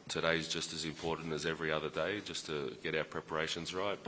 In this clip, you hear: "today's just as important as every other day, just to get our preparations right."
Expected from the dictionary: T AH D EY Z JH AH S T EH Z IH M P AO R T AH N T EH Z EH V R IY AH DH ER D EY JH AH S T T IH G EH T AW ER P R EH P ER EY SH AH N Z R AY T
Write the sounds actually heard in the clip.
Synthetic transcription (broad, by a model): T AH D EY Z JH AH S T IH Z IH M P AO R T N T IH Z EH V R IY AH DH ER D EY JH AH S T T IH G EH T AW ER P R EH P ER EY SH AH N Z R AY T